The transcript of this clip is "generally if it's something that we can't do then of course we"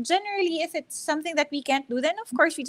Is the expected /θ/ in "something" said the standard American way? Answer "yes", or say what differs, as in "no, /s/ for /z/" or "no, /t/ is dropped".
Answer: yes